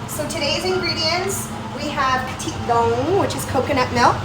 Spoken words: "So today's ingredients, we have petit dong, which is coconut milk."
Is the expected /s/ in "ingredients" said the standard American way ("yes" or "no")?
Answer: yes